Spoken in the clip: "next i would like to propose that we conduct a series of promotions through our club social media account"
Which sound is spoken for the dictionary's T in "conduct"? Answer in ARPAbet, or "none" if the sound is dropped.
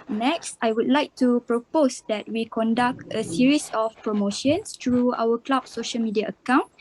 T